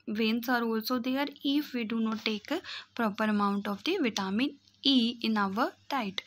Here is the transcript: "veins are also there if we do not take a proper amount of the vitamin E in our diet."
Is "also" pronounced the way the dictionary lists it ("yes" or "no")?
yes